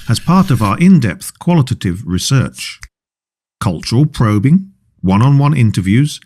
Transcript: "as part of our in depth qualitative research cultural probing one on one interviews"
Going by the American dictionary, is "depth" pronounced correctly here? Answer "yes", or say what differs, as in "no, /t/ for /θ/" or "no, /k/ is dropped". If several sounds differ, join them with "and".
yes